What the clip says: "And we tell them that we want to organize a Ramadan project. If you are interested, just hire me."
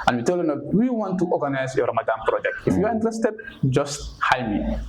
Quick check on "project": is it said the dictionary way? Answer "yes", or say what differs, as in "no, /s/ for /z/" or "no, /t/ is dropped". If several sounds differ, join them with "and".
yes